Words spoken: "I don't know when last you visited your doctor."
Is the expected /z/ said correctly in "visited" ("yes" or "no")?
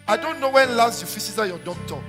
no